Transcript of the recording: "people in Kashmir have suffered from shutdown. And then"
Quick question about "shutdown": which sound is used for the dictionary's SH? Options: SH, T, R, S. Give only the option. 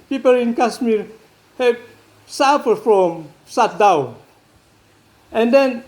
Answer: S